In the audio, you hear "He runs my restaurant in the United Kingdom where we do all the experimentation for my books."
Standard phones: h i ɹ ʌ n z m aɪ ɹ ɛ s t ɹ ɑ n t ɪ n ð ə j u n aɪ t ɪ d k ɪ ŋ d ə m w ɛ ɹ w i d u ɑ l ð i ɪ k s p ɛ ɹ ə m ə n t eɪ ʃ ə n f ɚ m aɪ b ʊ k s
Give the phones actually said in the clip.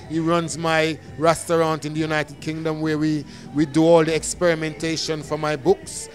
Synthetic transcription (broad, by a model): h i ɹ ʌ n z m aɪ ɹ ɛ s t ɹ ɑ n t ɪ n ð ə j u n aɪ t ɪ d k ɪ ŋ d ə m w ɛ w w i d u ɑ l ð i ɪ k s p ɛ ɹ ə m ə n t eɪ ʃ ə n f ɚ m aɪ b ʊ k s